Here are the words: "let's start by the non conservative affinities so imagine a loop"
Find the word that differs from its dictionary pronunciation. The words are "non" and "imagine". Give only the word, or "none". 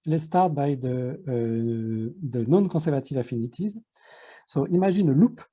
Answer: imagine